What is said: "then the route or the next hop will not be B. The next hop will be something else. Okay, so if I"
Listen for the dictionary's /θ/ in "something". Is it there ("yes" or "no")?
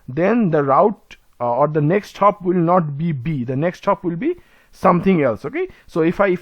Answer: no